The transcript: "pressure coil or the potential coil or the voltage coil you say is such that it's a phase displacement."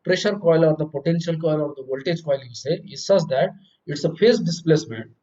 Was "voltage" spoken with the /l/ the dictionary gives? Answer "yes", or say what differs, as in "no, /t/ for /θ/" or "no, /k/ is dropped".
yes